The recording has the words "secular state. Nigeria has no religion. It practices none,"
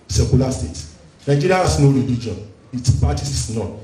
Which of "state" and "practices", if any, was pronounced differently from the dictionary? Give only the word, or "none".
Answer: practices